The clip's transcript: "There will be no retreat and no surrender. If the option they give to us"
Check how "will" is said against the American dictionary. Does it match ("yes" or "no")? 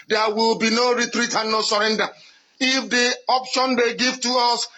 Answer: yes